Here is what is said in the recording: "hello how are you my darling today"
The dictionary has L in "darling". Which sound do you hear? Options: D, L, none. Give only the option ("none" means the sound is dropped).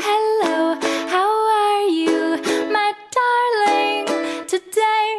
L